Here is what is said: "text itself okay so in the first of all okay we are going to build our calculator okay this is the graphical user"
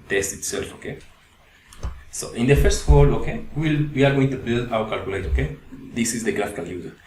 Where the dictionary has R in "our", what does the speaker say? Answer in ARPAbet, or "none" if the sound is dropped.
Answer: W